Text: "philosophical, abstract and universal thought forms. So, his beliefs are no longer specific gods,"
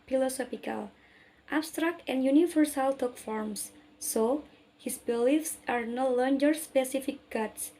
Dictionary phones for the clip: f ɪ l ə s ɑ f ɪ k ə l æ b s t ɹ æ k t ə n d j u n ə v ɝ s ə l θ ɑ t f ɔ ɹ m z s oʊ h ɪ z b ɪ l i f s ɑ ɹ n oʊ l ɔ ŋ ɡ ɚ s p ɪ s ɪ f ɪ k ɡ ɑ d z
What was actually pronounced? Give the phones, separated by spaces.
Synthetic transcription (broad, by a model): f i l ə s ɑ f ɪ k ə l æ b s t ɹ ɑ k t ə n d j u n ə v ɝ s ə l t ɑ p f ɔ ɹ m s oʊ h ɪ s b ɪ l i f s ɑ ɹ n oʊ l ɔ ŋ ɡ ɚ s p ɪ s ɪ f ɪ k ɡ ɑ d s